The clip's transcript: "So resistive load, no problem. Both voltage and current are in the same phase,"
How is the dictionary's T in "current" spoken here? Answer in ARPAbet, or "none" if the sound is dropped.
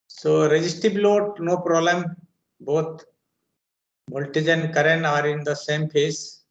none